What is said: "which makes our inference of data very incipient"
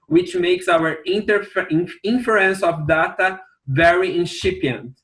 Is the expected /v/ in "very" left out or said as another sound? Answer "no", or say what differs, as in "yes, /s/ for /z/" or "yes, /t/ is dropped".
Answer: no